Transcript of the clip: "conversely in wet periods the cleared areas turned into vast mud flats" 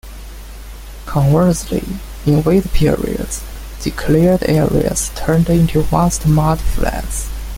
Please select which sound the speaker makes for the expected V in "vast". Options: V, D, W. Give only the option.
W